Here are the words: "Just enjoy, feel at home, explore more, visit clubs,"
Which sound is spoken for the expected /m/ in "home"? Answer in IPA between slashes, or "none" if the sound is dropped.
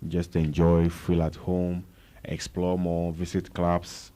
/m/